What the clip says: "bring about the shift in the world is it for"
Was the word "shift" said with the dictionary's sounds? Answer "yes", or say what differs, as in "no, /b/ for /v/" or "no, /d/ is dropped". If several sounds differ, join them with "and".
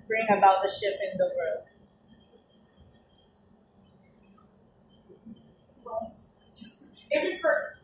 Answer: no, /t/ is dropped